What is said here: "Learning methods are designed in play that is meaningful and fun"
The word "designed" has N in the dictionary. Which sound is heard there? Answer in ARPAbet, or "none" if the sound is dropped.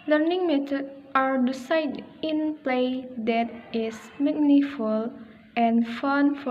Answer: none